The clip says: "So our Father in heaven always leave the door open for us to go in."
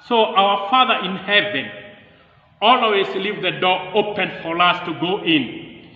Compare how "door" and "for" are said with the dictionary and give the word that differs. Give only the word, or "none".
none